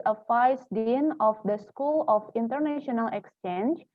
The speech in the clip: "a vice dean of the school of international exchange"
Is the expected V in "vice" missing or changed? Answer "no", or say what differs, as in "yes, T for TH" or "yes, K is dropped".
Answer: yes, F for V